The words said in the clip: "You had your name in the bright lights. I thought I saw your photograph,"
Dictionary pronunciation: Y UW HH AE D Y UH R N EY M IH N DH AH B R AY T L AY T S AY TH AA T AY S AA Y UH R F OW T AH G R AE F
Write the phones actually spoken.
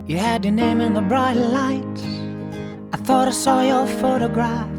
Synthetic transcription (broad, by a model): Y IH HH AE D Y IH N EY M IH N DH AH B R AY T L AY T AY TH AA T AY S AA Y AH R F OW T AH G R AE F